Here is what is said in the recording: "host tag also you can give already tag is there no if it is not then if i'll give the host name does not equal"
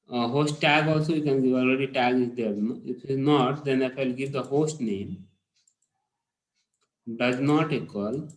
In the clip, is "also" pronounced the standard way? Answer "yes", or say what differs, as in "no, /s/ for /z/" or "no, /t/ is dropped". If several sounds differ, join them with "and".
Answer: yes